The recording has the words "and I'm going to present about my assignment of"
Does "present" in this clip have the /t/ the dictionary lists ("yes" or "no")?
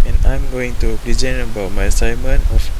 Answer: no